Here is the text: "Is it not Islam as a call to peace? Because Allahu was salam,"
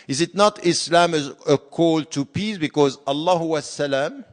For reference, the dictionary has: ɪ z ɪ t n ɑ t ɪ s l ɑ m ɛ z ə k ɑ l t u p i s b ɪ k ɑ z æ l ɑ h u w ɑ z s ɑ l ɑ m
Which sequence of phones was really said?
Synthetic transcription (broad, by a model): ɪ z ɪ t n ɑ t ɪ s l ɑ m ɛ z ə k ɑ l t u p i s b ɪ k ɑ z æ l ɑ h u w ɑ s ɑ l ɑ m